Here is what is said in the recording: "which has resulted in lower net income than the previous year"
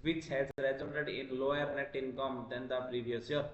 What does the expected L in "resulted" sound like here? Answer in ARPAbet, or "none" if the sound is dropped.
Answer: N